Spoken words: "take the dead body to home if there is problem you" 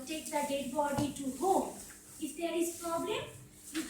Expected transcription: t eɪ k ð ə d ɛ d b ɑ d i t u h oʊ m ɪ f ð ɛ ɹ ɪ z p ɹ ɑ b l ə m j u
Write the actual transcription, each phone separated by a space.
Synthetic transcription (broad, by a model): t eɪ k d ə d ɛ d b ɑ d i t u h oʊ ɪ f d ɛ ɹ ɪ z p ɹ ɑ b l ə m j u